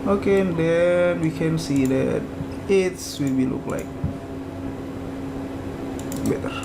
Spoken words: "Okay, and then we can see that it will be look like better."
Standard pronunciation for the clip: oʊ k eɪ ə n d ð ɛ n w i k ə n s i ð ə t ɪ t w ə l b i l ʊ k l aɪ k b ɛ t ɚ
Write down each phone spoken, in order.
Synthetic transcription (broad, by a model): oʊ k eɪ ə n d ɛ n w i k ə n s i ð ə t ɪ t w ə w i l ʊ k l aɪ k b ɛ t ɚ